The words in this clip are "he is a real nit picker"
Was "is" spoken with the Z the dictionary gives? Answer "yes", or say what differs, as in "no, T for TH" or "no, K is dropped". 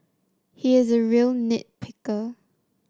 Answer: yes